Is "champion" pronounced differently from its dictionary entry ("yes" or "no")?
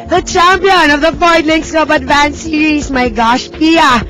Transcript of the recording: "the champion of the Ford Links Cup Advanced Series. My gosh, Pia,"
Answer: no